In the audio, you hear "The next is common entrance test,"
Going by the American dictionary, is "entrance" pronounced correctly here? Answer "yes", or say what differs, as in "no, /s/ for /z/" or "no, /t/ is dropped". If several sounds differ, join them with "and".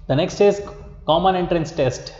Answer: yes